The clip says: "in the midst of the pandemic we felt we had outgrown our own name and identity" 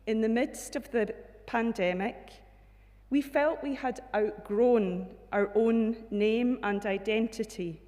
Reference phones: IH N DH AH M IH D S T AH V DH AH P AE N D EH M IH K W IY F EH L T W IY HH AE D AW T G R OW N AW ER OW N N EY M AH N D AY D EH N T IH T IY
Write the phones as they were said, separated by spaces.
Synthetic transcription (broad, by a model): IH N DH AH M IH D S T AH V DH AH P AE N D EH M IH K W IY F EH L T W IY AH D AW T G R OW N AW ER OW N N EY M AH N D AY D EH N T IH T IY